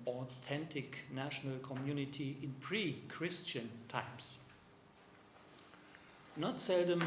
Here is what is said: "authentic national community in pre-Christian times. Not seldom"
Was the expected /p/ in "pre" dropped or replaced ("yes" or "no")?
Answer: no